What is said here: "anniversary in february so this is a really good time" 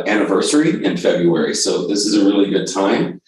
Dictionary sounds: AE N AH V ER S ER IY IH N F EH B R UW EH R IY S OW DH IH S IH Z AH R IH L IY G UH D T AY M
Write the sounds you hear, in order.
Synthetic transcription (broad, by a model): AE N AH V ER S ER IY IH N F EH B R UW EH R IY S OW DH IH S IH Z AH R IH L IY G UH D T AY M